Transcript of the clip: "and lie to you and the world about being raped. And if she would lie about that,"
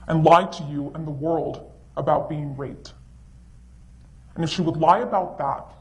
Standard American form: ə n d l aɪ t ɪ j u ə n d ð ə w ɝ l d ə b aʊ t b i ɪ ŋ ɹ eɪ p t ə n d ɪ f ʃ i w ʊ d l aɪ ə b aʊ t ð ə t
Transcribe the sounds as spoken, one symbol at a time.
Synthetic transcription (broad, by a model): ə n l aɪ t ɪ j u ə n ð ə w ɝ l d ə b aʊ t b i ɪ ŋ ɹ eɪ t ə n ɪ f ʃ i w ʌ d l aɪ ə b aʊ t ð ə t